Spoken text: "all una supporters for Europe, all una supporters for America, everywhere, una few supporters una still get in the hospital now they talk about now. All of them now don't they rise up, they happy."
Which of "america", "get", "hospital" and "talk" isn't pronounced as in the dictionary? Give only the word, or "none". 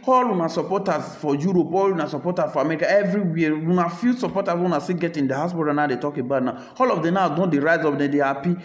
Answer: hospital